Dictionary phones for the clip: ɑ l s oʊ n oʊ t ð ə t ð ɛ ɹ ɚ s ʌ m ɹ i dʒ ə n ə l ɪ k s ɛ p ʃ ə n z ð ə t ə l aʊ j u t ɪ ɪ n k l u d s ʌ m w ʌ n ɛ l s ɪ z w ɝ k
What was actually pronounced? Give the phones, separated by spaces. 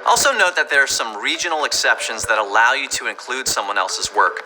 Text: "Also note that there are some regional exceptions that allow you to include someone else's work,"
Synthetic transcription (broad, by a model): ɑ l s oʊ n oʊ t ð ə t ð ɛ ɹ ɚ s ʌ m ɹ i dʒ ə n l ɪ k s ɛ p ʃ ə n z ð ə t ə l aʊ j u t ɪ ɪ n k l u d s ʌ m w ʌ n ɛ l s ɪ z w ɝ k